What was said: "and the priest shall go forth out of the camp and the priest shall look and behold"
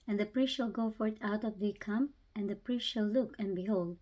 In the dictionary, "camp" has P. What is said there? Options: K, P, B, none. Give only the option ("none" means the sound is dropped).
none